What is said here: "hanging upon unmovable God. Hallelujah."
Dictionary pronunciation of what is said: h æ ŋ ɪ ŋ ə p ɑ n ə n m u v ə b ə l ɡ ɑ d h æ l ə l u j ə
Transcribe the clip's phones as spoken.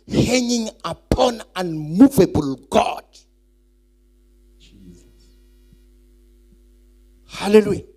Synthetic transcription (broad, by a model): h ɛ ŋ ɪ ŋ ə p ɑ n ə n m u v ə b ə l ɡ ɑ d h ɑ l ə l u j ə